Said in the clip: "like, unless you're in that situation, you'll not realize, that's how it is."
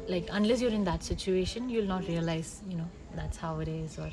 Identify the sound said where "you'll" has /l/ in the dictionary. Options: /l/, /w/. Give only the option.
/l/